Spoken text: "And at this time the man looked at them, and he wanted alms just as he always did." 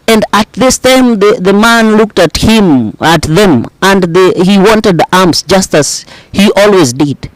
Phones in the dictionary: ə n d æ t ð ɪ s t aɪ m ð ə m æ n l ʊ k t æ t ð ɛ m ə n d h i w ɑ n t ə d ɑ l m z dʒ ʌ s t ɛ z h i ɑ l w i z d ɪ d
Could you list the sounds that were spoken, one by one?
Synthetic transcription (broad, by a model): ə n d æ t ð ɪ s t aɪ m ð ə m æ n l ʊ k t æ t ð ɛ m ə n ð h i w ɑ n t ə d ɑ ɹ m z dʒ ʌ s t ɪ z h i ɑ l w i z d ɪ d